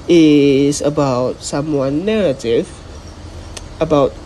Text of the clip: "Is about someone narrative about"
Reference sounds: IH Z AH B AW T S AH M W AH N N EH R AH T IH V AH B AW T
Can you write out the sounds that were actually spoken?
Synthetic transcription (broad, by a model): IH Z AH B AW T S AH M W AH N N EH R AH T IH V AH B AW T